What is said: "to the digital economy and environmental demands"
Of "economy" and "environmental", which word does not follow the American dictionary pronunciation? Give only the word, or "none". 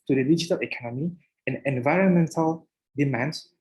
none